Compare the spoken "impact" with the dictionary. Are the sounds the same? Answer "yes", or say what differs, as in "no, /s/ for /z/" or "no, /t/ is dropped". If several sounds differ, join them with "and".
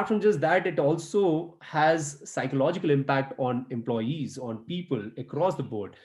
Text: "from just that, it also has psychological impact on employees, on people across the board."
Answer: yes